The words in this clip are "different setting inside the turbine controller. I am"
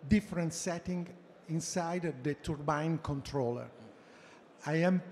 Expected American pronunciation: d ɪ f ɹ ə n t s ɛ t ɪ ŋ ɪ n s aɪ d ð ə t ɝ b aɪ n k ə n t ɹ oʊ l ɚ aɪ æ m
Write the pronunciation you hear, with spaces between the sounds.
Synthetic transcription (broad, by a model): d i f ɹ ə n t s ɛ t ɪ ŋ ɪ n s aɪ d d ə t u b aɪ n k ə n t ɹ oʊ l ɚ aɪ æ m